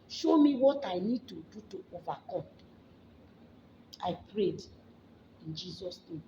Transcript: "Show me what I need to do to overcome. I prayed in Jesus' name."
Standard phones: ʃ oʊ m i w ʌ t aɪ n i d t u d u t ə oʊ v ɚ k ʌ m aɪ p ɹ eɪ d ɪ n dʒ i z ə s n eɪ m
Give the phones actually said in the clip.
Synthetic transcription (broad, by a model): ʃ oʊ m i w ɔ t aɪ n i d t u d u t ə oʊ v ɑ k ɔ m aɪ p ɹ eɪ d ɪ n dʒ i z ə s n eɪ m